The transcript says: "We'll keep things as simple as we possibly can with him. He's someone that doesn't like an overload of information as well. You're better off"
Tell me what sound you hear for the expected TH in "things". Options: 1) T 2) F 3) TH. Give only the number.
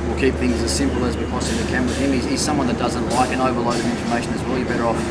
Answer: 3